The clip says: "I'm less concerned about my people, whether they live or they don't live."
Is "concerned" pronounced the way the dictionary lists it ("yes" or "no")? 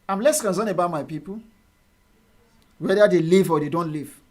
no